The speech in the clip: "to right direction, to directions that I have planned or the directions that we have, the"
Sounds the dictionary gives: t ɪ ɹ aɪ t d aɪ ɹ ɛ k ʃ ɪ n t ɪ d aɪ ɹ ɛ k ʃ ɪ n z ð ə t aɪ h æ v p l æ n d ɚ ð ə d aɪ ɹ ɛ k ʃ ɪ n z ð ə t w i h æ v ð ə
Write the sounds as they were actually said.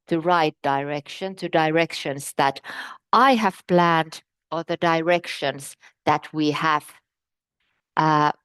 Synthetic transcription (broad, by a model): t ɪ ɹ aɪ t d aɪ ɹ ɛ k ʃ ɪ n t ɪ d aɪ ɹ ɛ k ʃ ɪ n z ð ə t aɪ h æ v p l æ n d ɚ ð ə d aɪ ɹ ɛ k ʃ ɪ n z ð ə t w i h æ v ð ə